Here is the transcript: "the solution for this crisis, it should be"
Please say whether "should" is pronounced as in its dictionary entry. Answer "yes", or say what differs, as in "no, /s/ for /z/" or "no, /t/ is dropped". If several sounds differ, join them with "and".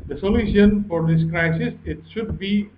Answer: yes